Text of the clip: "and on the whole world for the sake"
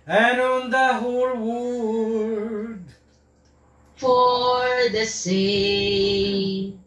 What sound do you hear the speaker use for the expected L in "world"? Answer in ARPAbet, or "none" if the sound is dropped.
none